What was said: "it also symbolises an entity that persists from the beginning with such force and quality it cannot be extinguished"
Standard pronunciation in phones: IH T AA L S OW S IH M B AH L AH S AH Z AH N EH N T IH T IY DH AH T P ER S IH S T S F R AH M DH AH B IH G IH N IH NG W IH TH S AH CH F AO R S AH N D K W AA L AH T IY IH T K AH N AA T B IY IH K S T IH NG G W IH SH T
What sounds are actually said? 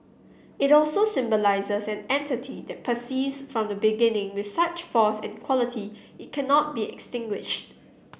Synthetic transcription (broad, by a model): IH T AA L S OW S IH M B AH L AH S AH S AH N EH N T IH T IY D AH T P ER S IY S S F R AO M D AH B IH G IH N IH NG W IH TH S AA CH F AO S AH N K W AA L AH T IY IH T K AH N AA T B IY IH K S T IH NG G W IH SH T